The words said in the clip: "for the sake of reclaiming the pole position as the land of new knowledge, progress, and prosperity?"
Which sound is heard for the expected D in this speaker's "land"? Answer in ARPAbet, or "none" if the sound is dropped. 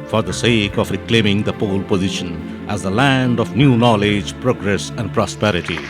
D